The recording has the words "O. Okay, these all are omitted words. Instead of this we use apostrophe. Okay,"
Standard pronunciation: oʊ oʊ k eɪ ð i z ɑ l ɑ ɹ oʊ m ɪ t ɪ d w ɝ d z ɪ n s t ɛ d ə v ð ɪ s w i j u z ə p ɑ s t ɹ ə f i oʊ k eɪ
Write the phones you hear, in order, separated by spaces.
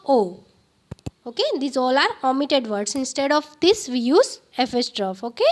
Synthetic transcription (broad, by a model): oʊ oʊ k eɪ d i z ɑ l ɑ ɹ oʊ m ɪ t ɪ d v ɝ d s ɪ n s t ɛ d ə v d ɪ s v i j u z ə f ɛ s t ɹ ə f oʊ k eɪ